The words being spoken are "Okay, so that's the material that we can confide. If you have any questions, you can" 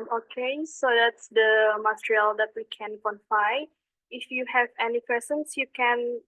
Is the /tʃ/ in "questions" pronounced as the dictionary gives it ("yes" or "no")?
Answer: no